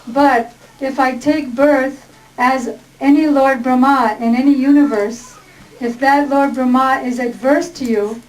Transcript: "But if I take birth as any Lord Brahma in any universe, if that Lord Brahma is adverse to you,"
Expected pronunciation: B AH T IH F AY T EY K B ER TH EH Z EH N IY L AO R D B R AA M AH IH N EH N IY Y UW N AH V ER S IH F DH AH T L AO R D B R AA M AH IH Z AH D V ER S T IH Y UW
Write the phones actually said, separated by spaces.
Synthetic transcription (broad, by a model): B AH T IH F AY T EY K B ER TH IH Z EH N IY L AO R D B R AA M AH IH N EH N IY Y UW N AH V ER S IH F DH AH T L AO R D B R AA M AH IH Z AH D V ER S T IH Y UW